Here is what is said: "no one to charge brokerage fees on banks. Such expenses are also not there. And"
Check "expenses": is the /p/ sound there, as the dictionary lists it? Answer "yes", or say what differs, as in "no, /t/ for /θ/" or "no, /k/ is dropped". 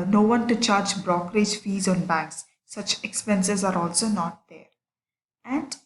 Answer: yes